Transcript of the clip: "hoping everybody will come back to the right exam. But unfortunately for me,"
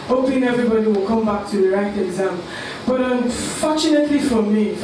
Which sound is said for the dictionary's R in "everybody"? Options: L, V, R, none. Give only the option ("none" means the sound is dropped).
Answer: R